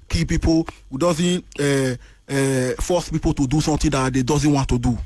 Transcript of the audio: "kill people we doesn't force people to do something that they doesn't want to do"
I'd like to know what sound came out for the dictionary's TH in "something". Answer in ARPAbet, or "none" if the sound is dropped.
T